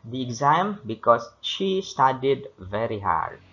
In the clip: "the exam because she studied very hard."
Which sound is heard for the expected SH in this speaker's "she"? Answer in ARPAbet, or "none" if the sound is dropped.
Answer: SH